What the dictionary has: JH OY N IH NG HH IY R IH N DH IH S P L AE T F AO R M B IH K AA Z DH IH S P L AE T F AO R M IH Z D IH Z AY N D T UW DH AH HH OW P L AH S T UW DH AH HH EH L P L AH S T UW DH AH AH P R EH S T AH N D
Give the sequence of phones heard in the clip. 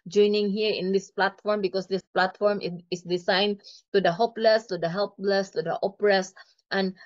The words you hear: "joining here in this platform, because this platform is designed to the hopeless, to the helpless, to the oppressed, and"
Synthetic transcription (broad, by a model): JH OY N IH NG HH IY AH IH N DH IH S P L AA T F AO R M B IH K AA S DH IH S P L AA T F AO R M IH S D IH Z AY N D T UW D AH HH OW P L AH S T UW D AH HH EH L P L AH S T UW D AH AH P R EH S T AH N